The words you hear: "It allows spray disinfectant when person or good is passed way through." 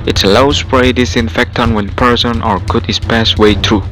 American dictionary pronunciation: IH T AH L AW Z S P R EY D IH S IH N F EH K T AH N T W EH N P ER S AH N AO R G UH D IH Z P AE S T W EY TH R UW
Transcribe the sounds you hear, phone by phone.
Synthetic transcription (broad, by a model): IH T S L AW S P R EY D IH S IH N F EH K T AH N W EH N P ER S AH N AO R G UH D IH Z P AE S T W EY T R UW